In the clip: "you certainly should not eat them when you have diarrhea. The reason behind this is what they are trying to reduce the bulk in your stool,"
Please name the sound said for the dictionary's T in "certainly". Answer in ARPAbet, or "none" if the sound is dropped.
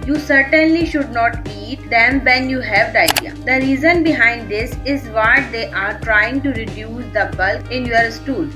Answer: T